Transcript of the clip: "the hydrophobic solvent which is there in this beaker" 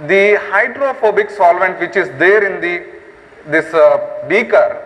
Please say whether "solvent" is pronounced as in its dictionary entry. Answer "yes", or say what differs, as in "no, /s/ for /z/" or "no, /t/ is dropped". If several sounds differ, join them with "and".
yes